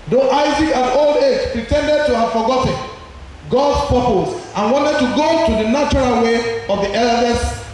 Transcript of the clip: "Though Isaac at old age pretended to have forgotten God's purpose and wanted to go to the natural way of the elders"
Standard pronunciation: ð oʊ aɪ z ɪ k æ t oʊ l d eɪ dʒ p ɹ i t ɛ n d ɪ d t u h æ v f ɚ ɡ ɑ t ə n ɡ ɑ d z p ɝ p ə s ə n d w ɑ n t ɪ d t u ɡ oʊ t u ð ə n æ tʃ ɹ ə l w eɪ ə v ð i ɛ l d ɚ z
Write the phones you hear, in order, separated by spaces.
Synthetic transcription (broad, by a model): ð oʊ aɪ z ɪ k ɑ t oʊ l d eɪ dʒ p ɹ i t ɛ n d ɪ d t u h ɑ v f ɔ ɡ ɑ t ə n ɡ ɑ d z p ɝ p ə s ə n w ɑ n t ɪ d t u ɡ oʊ t u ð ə n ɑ tʃ ɹ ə l w eɪ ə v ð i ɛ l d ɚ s